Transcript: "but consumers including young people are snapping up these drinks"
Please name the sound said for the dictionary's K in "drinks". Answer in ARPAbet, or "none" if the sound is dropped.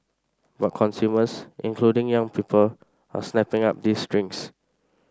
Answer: none